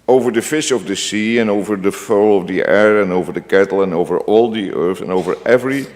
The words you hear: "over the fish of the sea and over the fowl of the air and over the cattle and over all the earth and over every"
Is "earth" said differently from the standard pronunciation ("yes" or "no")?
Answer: yes